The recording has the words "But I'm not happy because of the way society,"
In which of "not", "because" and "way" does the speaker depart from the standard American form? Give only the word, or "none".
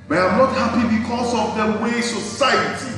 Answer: because